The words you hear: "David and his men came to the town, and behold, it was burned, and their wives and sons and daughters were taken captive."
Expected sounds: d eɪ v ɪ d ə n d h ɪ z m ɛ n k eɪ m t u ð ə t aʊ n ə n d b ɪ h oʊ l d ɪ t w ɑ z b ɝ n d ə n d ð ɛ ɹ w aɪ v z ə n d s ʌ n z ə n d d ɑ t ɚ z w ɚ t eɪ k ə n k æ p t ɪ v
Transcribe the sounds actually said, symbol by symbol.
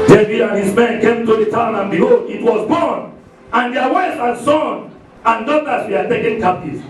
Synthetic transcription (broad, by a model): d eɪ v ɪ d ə n h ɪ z m ɛ n k eɪ m t u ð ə t aʊ n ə n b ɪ h oʊ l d ɪ t w ɑ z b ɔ n ə n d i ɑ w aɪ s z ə n s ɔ n ə n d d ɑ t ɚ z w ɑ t eɪ k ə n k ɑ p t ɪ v